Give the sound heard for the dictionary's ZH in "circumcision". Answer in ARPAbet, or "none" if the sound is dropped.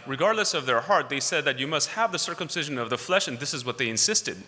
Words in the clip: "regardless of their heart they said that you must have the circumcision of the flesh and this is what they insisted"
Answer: ZH